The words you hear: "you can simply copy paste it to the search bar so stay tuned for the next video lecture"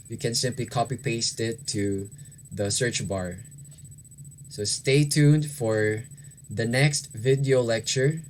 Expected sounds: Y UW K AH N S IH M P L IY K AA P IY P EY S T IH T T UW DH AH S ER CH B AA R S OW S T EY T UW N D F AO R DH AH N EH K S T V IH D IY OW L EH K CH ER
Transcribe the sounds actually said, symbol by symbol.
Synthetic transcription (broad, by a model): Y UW K AH N S IH M P L IY K AA P IY P EY S T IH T T UW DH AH S ER CH B AA R S OW S T EY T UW N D F AO R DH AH N EH K S T V IH D IY OW L EH K CH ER